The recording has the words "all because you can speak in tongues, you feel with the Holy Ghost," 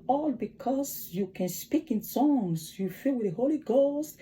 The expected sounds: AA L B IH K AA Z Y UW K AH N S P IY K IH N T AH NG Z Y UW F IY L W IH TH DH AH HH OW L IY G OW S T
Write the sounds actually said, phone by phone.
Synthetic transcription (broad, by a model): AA L B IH K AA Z Y UW K AH N S P IY K IH N S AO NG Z Y UW F IY L W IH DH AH HH OW L IY G OW S T